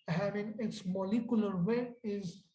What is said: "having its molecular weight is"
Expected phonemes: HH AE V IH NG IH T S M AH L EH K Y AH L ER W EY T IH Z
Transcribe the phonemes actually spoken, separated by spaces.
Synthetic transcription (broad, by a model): HH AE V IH NG IH T S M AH L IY K Y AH L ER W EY IH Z